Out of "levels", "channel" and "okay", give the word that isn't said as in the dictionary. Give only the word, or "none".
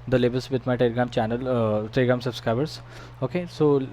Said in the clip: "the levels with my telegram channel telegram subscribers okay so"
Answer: levels